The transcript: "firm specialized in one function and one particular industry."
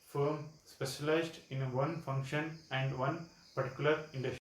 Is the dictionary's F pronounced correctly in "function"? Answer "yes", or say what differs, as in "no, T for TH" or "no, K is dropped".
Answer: yes